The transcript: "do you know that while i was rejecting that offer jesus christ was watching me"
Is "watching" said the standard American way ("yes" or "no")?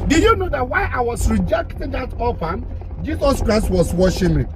no